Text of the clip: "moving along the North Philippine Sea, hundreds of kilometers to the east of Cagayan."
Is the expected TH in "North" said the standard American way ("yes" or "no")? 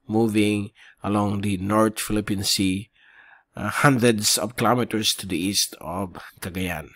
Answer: no